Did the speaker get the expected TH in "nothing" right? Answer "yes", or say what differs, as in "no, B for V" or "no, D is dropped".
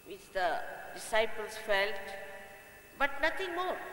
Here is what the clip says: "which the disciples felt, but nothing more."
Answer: no, T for TH